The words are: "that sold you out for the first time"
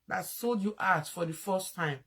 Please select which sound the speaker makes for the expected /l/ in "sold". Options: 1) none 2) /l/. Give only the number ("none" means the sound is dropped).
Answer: 2